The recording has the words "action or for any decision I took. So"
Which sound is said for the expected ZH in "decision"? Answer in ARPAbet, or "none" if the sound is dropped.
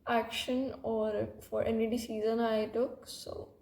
Z